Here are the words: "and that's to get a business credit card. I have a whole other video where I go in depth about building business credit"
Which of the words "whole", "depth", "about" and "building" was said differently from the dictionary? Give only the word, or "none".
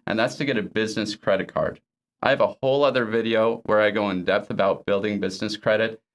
none